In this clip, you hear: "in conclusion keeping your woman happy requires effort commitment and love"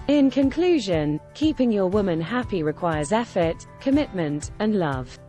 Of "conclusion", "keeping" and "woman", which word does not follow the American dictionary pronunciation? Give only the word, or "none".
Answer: none